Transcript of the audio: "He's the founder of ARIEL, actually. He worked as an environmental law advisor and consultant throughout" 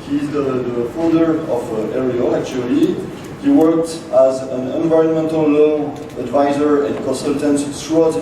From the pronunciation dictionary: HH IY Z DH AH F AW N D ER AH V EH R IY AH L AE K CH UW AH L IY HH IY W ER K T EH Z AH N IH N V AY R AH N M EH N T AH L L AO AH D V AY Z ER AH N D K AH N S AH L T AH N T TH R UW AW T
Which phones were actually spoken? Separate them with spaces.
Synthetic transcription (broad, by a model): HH IY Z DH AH F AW N D ER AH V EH R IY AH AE K CH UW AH L IY HH IY W ER K T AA Z AH N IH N V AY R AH N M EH N T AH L L AO AH D V AY Z ER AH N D K AH N S AH L T AH N T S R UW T